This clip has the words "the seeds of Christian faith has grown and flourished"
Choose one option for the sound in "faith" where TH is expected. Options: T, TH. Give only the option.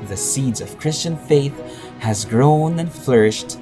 TH